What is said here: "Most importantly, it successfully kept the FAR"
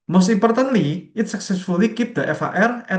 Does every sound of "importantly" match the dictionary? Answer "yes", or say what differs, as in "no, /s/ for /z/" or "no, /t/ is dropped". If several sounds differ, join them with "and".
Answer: no, /m/ is dropped